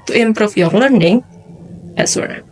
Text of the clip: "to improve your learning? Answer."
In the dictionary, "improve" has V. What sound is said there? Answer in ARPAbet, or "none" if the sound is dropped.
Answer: F